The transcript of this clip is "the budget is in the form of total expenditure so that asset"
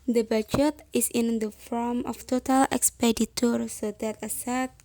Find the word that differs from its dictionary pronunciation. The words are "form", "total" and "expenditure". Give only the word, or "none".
expenditure